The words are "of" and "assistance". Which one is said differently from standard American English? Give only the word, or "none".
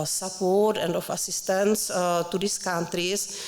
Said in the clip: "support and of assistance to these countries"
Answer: of